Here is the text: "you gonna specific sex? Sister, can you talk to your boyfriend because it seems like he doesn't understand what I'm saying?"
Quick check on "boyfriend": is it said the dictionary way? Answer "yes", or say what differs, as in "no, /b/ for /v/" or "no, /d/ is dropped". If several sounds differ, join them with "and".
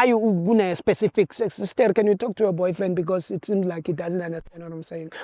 yes